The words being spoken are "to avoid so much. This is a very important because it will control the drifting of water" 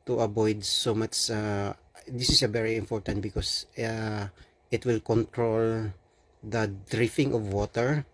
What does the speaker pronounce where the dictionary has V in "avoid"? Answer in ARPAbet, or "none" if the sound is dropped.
B